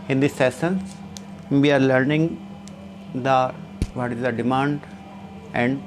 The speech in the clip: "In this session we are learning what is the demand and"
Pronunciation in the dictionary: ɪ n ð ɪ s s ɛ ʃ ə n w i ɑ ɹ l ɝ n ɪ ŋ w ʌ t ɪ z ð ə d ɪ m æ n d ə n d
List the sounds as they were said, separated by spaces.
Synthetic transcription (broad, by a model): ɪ n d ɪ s s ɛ s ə n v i ɑ ɹ l ɝ n ɪ ŋ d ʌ t ɪ z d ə d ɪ m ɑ n d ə n d